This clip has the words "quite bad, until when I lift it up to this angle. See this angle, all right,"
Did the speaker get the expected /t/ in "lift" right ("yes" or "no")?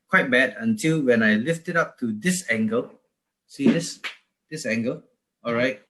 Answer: yes